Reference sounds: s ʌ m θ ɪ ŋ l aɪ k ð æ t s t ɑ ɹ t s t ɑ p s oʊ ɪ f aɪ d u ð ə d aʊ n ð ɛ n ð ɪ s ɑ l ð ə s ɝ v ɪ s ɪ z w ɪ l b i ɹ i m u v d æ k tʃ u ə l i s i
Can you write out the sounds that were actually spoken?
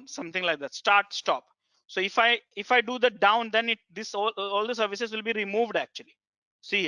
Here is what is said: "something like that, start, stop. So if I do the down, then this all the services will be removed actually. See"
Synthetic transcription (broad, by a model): s ʌ m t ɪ ŋ l aɪ k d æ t s t ɑ ɹ t s t ɑ p s oʊ ɪ f aɪ d u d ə d aʊ n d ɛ n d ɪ s ɑ l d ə s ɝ v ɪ s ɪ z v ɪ l b i ɹ i m u v d æ k tʃ u ə l i s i